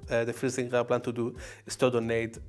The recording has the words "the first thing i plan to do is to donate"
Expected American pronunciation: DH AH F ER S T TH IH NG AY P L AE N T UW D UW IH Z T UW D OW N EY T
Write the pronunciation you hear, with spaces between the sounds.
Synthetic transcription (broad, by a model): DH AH F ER S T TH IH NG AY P L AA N T UW D UW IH S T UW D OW N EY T